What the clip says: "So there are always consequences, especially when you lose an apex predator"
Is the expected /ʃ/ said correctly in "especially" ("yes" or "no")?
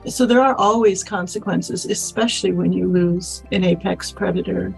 yes